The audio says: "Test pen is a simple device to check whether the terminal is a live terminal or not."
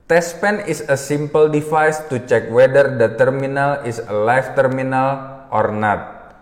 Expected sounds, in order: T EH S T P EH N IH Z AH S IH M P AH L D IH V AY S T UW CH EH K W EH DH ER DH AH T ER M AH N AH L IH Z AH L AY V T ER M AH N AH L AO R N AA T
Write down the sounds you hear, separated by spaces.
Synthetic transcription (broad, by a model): T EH S P EH N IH S AH S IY M P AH L D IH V AY S T UW CH EH K W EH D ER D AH T ER M AH N AH L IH S AH L AY F T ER M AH N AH L AO R N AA T